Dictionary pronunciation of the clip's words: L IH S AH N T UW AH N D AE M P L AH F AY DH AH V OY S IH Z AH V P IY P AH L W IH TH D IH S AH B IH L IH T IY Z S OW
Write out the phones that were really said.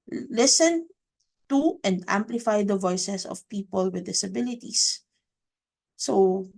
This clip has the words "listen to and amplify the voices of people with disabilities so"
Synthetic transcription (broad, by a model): L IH S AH N T UW AH N D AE M P L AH F AY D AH V OY S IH S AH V P IY P AH L W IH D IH S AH B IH L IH T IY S S OW